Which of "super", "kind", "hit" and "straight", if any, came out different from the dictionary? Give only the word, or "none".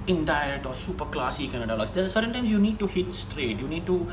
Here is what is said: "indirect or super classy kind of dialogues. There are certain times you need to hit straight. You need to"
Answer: kind